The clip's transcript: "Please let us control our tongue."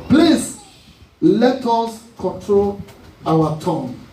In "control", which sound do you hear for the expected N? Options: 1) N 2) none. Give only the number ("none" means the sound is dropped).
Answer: 1